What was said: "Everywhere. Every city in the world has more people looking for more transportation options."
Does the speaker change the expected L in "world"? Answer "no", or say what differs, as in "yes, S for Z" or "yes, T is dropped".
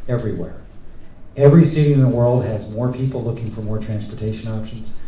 no